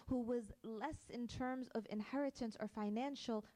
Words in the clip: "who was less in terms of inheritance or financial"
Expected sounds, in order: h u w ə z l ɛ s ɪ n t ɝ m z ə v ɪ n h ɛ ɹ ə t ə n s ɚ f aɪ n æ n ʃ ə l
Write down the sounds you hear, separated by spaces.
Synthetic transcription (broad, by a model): h u w ə z l ɛ s ɪ n t ɝ m z ə v ɪ n h ɛ ɹ ə t ə n s ɚ f aɪ n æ n ʃ l